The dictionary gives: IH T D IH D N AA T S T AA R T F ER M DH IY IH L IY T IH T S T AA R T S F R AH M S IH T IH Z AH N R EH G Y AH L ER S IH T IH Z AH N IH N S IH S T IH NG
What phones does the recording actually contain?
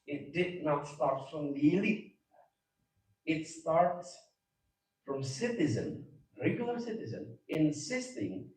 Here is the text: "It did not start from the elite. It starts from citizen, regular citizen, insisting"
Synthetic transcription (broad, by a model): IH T D IH D N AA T S T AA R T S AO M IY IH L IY IH T S T AA R T S F R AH M S IH T IH Z AH N R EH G Y L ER S IH T IH Z AH N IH N S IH S T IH NG